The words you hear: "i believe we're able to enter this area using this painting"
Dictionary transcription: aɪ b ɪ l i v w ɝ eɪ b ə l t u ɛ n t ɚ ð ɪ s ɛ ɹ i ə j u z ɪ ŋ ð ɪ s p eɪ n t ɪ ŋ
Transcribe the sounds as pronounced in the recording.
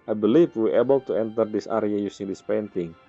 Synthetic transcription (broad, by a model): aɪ b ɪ l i f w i eɪ b ə l t u ɛ n t ɚ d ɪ s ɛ ɹ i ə j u s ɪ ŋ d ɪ s p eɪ n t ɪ ŋ